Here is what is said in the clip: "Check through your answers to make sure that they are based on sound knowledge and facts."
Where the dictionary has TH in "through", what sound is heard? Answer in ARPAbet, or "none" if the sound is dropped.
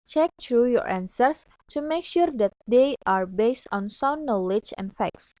T